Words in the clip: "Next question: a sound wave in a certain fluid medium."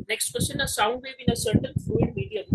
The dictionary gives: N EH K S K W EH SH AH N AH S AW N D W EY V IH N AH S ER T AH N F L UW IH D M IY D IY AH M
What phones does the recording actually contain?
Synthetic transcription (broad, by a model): N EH K S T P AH S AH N AH S AW N D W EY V IH N AH S ER T AH N F UW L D M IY D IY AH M